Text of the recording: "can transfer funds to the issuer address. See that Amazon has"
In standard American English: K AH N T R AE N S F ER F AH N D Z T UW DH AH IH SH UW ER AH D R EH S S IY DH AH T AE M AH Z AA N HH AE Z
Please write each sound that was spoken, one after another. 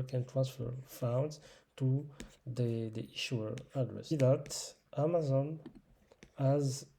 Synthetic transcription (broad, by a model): K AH N T R AE N S F ER F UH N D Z T UW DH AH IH SH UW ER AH D R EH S S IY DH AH T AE M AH Z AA N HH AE Z